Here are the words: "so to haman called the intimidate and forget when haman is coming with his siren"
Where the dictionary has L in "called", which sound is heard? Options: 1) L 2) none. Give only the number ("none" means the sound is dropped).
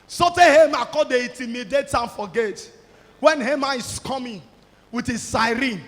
2